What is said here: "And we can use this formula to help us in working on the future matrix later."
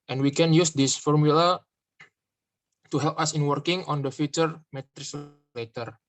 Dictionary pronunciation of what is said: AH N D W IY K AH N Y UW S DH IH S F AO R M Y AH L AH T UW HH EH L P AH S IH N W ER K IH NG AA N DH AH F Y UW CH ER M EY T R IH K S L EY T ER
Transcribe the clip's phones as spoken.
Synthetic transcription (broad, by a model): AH N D W IY K AH N Y UW S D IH S F AO R M Y AH L AH T UW HH EH L P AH S IH N W ER K IH NG AA N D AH F Y UW CH ER M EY T R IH S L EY T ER